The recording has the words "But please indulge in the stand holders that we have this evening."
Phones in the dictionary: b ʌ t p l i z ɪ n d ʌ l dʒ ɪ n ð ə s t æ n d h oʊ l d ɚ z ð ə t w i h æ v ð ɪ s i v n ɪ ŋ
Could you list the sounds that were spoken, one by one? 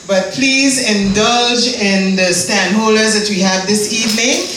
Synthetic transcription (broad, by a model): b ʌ t p l i z ɪ n d ʌ l dʒ ɪ n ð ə s t æ n d h oʊ l d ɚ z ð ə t w i h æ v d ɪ s i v n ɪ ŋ